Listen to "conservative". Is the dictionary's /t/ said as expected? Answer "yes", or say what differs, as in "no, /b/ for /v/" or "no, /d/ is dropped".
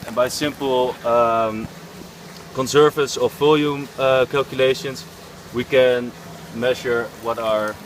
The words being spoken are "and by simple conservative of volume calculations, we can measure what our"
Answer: no, /s/ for /t/